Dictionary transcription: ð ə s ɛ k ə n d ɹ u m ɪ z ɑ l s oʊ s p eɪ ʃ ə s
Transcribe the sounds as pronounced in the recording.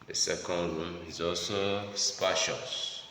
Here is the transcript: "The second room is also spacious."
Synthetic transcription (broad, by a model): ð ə s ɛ k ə n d ɹ u m ɪ z ɑ l s oʊ s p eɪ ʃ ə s